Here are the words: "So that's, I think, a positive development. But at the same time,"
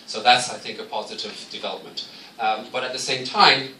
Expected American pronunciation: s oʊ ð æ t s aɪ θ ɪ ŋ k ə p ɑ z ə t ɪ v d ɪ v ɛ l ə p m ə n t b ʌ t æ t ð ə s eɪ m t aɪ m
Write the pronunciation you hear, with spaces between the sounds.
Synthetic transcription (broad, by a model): s oʊ ð æ t s aɪ θ ɪ ŋ k ə p ɑ z ə t ɪ v d ɪ v ɛ l ə p m ə n t b ʌ t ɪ t ð ə s eɪ m t aɪ m